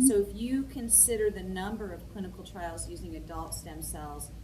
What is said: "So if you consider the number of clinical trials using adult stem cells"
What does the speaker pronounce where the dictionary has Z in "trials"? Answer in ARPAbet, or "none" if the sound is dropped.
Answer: Z